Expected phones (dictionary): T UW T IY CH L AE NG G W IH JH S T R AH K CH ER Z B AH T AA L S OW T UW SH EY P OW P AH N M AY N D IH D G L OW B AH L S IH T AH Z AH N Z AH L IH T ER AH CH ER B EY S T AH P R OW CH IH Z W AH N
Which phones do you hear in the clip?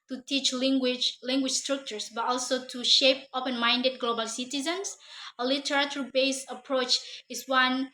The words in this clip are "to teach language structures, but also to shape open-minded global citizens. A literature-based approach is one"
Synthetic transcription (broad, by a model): T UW T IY CH L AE NG G W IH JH S T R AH K CH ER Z B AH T AA L S OW T UW SH EY P OW P AH N M AY N D IH D G L OW B AH L S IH T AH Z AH N S AH L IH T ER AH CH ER B EY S AH P R OW CH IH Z W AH N